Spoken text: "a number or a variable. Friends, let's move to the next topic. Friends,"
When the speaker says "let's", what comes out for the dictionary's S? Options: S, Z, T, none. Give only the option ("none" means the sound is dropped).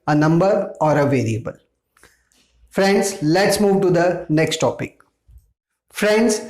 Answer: S